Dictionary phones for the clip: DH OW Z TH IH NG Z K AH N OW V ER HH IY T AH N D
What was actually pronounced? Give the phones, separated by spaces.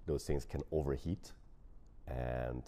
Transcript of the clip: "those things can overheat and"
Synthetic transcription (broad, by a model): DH OW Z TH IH NG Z K AH N OW V ER HH IY T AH N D